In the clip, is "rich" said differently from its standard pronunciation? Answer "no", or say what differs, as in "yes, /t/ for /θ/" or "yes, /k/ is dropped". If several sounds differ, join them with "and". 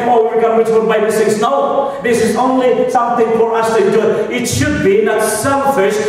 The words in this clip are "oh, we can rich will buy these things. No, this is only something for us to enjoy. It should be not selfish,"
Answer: yes, /w/ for /ɹ/